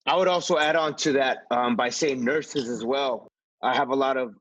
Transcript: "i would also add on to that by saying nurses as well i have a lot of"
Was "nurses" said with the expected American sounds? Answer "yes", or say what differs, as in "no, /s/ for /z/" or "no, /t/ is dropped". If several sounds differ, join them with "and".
yes